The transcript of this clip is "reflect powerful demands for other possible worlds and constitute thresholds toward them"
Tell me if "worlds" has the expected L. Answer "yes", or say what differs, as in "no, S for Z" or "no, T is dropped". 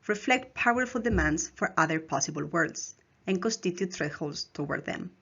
no, L is dropped